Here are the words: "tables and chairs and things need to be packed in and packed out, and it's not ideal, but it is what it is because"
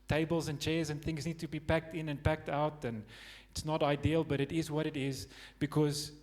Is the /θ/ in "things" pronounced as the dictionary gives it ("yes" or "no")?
yes